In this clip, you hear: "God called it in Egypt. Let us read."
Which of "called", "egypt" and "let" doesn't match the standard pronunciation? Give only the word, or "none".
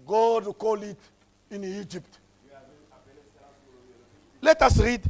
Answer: called